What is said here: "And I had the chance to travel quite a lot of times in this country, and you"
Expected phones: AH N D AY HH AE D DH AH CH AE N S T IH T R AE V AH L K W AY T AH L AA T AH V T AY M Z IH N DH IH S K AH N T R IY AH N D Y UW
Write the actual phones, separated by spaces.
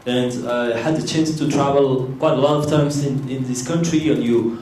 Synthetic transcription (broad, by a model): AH N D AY HH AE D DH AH CH AE N S T IH T R AE V AH L K W AY T AH L AA T AH V T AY M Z IH N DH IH S K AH N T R IY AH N Y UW